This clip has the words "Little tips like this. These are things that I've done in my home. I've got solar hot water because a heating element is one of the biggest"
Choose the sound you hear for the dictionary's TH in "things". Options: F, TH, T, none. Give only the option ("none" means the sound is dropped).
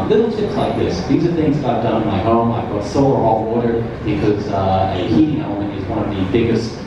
TH